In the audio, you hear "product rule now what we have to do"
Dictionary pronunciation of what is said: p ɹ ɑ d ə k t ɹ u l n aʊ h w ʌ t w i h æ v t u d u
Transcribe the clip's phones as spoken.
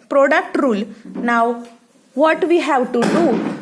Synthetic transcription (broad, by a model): p ɹ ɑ d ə k t ɹ u l n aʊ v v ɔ t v i h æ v t u d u